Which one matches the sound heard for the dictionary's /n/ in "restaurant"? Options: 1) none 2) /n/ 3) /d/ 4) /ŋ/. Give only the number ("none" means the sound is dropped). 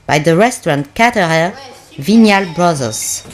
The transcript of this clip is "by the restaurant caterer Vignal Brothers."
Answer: 2